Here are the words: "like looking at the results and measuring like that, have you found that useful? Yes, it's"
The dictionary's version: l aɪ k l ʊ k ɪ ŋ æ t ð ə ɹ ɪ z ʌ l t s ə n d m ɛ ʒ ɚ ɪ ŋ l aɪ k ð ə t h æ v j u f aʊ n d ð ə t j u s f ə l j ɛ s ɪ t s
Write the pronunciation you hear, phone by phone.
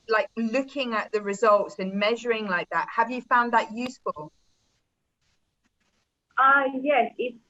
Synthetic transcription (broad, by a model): l aɪ k l ʊ k ɪ ŋ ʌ t ð ə ɹ ɪ z ʌ l t s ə n m ɛ ʒ ɚ ɪ ŋ l aɪ k ð ə t h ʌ v j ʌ f aʊ n ð ə t j u s f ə l j ɛ s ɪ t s